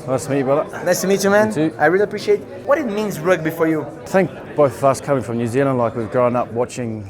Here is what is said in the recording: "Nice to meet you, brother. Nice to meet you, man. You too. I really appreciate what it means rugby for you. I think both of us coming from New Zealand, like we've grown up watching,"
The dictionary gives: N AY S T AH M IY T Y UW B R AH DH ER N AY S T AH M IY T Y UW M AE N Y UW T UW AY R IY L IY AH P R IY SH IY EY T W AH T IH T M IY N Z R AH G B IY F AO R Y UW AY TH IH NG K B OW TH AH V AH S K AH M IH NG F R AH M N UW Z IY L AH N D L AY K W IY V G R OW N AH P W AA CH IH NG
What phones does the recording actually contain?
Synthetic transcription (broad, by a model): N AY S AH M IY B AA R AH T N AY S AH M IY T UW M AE N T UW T AY R IY L IY AH P R IY SH IY EY T W AH T IH T M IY N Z R AH G B IY F AO R Y UW TH IH NG K B OW TH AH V AH S K AH M IH NG F R AH M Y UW Z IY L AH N L AY K W IY V G R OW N AH P W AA CH IH NG